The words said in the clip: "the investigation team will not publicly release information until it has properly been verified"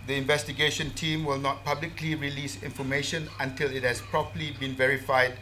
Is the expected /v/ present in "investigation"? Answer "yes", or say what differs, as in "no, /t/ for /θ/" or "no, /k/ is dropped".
yes